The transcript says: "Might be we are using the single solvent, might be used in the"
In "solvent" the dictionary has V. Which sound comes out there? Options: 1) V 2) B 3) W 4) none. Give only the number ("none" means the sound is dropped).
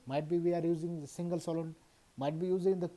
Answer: 4